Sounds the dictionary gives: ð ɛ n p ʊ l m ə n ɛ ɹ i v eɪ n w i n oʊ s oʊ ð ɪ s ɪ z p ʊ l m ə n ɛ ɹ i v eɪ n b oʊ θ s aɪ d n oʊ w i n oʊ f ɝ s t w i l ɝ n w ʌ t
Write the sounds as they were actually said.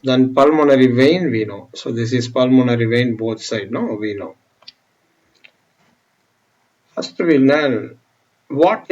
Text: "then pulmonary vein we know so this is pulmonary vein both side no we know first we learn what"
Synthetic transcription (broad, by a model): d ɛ n p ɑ l m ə n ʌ ɹ i v eɪ n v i n oʊ s oʊ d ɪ s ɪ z p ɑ l m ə n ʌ ɹ i v eɪ n b oʊ t s aɪ d n oʊ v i n oʊ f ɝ s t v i n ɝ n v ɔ t